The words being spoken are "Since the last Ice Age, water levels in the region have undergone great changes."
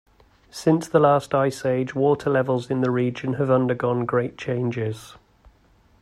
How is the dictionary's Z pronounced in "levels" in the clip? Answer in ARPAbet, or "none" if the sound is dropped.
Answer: Z